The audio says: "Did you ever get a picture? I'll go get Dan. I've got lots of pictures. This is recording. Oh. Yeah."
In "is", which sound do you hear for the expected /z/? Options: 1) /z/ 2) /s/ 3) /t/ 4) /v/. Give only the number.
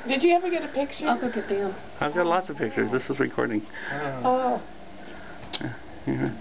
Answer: 1